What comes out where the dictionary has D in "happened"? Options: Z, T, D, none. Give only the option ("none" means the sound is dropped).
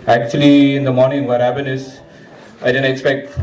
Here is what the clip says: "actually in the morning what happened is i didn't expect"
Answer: none